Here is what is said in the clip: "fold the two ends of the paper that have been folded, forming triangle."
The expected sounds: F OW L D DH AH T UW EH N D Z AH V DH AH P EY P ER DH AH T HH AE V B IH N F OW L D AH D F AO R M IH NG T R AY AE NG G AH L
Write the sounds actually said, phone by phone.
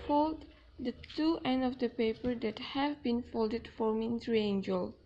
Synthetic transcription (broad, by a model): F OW L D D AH T UW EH N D AH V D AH P EY P ER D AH T HH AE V B IH N F OW L D AH D F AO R M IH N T R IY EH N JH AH L